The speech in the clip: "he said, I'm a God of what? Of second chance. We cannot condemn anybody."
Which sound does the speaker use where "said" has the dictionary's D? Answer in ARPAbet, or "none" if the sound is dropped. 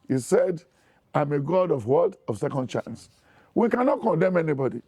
D